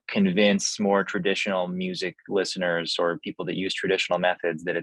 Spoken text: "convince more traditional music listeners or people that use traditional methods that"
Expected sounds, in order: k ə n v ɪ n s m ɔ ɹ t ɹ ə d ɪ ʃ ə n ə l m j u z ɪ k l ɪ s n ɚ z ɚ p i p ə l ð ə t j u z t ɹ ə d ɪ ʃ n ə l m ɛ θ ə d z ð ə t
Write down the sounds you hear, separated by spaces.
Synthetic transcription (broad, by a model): k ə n v ɪ n s m ɔ ɹ t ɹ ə d ɪ ʃ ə n l m j u z ɪ k l ɪ s n ɚ z ɚ p i p l ð ə t j u z t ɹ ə d ɪ ʃ n l m ɛ θ ə d z ð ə t